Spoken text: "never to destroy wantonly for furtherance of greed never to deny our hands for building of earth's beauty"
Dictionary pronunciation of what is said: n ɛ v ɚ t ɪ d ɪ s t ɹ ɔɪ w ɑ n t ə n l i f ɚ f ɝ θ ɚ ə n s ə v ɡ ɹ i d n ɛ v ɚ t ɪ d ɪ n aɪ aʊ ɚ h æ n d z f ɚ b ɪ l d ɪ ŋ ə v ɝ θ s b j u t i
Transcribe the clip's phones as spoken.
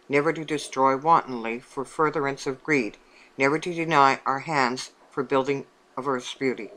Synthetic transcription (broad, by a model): n ɛ v ɚ t ɪ d ɪ s t ɹ ɔɪ w ɑ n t n l i f ɚ f ɝ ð ɚ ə n s ə v ɡ ɹ i d n ɛ v ɚ t ɪ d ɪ n aɪ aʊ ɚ h æ n d z f ɚ b ɪ l d ɪ ŋ ə v ɝ θ s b j u t i